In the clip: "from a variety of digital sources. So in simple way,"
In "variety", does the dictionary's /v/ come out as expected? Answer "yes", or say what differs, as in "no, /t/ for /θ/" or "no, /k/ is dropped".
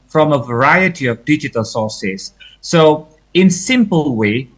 yes